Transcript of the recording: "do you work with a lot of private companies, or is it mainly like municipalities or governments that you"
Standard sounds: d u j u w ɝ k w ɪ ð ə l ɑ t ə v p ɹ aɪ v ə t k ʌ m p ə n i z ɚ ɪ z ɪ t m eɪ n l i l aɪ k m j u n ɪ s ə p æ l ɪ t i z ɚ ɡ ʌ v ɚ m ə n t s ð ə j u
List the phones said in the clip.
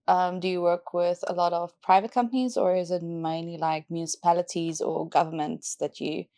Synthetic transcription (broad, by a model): d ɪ j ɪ w ɝ k w ɪ ð ə l ɑ t ə v p ɹ aɪ v ə t k ʌ m p ə n i z ɚ ɪ z ɪ t m eɪ n l i l aɪ k m j u n ɪ s ə p æ l ɪ t i z ɚ ɡ ʌ v ɚ m ə n t s ð ə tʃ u